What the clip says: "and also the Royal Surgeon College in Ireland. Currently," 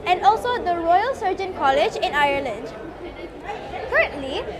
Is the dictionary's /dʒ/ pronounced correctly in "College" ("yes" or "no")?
yes